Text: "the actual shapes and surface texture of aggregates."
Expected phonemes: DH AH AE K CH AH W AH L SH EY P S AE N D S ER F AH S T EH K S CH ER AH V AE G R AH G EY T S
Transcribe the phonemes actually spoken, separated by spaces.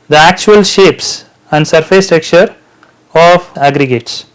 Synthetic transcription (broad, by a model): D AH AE K CH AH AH L SH EY P S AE N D S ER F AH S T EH K CH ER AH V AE G R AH G EY T S